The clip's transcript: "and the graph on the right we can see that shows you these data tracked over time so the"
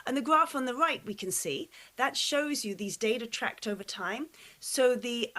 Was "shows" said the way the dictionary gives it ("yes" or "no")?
yes